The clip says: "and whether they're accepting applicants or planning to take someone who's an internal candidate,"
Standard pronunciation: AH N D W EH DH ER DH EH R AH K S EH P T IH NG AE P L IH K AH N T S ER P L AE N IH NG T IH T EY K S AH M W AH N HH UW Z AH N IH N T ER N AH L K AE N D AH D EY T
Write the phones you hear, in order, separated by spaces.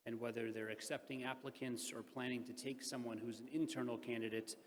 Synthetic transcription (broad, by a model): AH N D W EH DH ER DH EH R AH K S EH P T IH NG AE P L IH K AH N T S ER P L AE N IH NG T IH T EY K S AH M W AH N HH UW Z N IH N T ER N L K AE N D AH D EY T